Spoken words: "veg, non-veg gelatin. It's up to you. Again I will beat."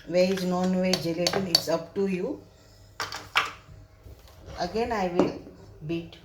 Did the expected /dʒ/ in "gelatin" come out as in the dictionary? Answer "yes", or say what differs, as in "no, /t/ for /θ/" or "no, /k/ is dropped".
yes